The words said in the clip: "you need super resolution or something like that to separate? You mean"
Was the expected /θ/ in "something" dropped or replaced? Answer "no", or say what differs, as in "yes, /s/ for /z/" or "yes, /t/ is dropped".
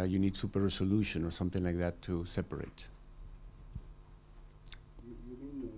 no